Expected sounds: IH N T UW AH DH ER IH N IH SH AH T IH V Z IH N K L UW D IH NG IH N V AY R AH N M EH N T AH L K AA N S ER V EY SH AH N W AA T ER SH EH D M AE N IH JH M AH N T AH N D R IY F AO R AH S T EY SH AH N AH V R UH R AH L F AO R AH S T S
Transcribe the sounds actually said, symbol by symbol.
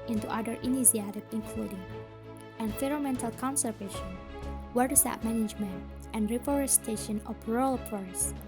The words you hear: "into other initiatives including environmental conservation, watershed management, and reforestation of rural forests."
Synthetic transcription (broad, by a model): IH N T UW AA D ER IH N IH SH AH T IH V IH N K L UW D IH NG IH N F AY R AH M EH N T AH L K AA N S ER V EY SH AH N W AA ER S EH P M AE N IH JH M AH N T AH N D R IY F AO R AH S T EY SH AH N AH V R R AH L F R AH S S